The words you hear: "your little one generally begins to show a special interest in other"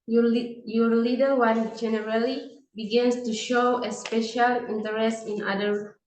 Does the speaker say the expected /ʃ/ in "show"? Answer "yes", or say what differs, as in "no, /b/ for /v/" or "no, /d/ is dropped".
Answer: yes